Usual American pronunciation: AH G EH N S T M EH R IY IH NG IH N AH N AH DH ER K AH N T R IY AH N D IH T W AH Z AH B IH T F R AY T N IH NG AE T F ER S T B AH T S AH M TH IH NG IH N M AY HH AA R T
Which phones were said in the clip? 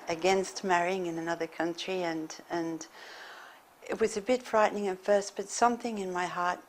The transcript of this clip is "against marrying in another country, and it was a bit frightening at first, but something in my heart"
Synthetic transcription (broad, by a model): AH G EH N S T M EH R IY IH NG IH N AH N AH DH ER K AH N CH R IY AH N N IH T W AH Z AH B IH T F R AY T N IH NG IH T F ER S T B AH T S AH M TH IH NG IH N M AY HH AA R T